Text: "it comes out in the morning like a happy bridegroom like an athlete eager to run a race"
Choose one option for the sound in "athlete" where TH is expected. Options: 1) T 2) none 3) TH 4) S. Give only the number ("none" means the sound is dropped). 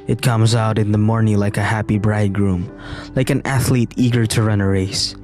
3